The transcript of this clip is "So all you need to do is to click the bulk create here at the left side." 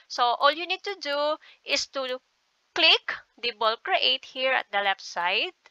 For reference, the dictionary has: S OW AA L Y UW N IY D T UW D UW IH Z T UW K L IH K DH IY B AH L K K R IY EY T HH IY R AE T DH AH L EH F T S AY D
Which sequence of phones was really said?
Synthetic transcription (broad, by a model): S OW AA L Y UW N IY D T UW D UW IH S T UW K L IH K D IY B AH L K K R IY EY T HH IY R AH T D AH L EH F S AY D